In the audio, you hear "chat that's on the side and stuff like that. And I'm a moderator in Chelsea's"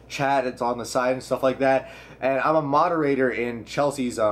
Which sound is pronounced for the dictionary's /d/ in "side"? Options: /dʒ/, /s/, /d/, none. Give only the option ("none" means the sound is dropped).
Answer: none